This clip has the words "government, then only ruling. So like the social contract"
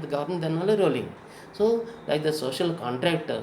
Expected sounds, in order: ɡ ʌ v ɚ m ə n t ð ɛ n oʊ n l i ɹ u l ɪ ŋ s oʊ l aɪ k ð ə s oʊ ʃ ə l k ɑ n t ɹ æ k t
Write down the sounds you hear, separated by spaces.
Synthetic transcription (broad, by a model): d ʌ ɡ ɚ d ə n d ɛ n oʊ l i ɹ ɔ l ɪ ŋ s oʊ l aɪ k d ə s oʊ ʃ ə l k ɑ n t ɹ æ k t